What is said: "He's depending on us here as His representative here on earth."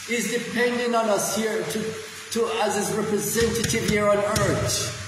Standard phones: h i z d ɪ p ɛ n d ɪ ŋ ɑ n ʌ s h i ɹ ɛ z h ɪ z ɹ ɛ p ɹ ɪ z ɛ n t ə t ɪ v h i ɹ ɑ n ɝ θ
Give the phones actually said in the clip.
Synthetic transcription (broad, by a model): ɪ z d ɪ p ɛ n d ɪ ŋ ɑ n ʌ s h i ɹ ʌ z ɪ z ɹ ɛ p ɹ ɪ z ɛ n t ə t ɪ v h i ɹ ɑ n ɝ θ